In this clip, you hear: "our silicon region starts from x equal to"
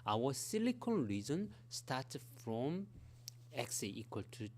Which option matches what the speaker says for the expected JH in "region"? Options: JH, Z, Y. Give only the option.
Z